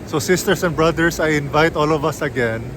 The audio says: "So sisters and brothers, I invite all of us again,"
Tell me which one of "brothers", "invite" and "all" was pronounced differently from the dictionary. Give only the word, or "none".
brothers